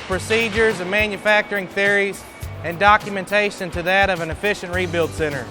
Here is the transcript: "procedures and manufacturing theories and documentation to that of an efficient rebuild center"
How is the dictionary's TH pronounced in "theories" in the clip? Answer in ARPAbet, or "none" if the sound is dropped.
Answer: TH